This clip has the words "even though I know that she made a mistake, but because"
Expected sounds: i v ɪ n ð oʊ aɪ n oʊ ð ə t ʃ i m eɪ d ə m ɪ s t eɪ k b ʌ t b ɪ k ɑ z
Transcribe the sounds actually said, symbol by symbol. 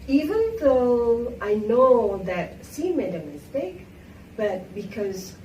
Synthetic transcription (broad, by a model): i v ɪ n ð oʊ aɪ n oʊ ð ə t s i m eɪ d ə m ɪ s t eɪ k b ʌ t b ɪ k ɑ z